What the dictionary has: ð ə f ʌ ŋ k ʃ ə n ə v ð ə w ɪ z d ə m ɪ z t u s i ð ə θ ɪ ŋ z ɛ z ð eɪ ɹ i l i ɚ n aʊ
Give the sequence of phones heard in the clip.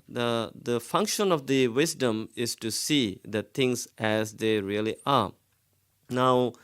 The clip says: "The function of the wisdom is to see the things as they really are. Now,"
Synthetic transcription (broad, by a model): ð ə f ʌ ŋ k ʃ ə n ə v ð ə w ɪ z d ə m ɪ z t u s i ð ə t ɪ ŋ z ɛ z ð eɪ ɹ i l i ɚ n aʊ